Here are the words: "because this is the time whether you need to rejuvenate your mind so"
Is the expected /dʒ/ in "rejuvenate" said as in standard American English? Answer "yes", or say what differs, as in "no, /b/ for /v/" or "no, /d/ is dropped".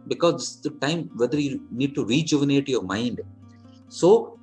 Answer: yes